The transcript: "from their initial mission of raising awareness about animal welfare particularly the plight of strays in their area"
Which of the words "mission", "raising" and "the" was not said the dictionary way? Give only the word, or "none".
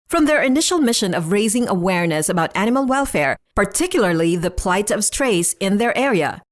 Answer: none